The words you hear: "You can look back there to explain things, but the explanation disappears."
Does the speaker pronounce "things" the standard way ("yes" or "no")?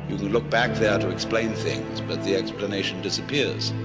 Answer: yes